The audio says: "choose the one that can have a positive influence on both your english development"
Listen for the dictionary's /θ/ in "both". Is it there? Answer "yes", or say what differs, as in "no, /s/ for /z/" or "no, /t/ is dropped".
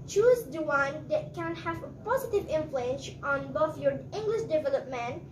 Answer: no, /f/ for /θ/